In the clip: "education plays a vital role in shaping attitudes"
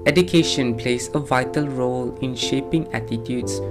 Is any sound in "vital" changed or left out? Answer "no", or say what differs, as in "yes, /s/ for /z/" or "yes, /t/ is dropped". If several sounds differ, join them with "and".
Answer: no